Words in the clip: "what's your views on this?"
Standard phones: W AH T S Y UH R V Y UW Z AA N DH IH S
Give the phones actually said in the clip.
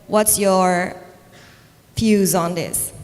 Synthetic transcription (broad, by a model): W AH T S Y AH R F Y UW Z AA N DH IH S